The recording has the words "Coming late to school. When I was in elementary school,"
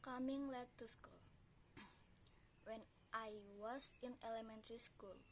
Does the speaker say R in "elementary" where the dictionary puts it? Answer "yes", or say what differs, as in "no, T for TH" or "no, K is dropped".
yes